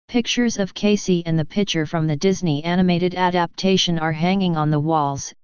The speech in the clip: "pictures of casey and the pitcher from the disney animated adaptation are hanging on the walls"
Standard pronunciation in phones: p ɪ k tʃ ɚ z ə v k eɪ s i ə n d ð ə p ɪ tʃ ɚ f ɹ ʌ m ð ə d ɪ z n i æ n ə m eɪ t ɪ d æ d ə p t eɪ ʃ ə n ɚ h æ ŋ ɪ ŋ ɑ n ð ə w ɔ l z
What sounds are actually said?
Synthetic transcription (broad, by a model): p ɪ k tʃ ɚ z ə v k eɪ s i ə n ð ə p ɪ tʃ ɚ f ɹ ʌ m ð ə d ɪ z n i æ n ə m eɪ t ɪ d æ d ə p t eɪ ʃ ə n ɚ h æ ŋ ɪ ŋ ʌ n ð ə w ɔ l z